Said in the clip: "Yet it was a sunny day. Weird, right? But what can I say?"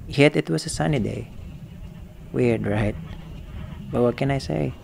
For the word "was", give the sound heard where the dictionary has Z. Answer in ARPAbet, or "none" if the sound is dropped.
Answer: S